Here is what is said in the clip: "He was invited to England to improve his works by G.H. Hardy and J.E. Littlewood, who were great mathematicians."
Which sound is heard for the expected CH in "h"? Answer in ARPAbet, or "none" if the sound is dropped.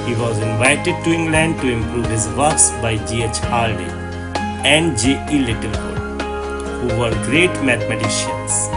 CH